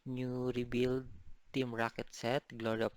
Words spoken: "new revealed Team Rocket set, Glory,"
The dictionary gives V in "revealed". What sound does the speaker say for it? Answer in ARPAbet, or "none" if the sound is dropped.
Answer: B